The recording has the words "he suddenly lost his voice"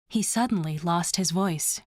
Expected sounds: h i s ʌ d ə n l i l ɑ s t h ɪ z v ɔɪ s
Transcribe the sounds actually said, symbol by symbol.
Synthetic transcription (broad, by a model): h i s ʌ d n l i l ɑ s t h ɪ z v ɔɪ s